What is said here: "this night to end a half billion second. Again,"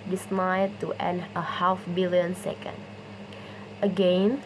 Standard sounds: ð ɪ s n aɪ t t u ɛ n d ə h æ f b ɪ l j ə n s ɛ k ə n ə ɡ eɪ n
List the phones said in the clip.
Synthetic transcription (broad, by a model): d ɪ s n aɪ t t u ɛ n ə h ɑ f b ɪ l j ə n s ɛ k ə n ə ɡ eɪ n